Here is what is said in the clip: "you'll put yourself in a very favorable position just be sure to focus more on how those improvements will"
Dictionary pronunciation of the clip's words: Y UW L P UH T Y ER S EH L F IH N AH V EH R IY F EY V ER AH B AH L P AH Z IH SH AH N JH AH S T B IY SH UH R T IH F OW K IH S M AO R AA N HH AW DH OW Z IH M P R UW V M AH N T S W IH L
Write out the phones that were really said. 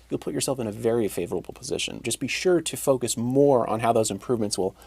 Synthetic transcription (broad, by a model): Y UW L P UH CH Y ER S EH L F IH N AH V EH R IY F EY V ER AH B L P AH Z IH SH AH N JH AH S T B IY SH UH R T IH F OW K IH S M AO R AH N HH AW DH OW Z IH M P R UW V M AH N T S W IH L